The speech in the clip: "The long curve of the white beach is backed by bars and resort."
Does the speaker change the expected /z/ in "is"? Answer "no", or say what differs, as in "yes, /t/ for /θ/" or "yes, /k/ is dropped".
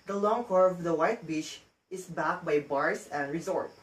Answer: yes, /s/ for /z/